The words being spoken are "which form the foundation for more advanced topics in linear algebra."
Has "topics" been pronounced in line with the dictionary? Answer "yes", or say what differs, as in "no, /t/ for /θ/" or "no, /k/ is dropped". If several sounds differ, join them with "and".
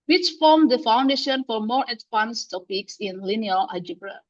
yes